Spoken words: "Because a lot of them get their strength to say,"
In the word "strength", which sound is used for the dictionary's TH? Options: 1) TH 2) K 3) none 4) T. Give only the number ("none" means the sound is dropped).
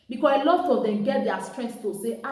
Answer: 4